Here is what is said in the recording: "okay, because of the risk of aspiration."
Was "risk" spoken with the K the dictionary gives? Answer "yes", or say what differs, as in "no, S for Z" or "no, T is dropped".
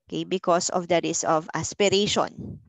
no, K is dropped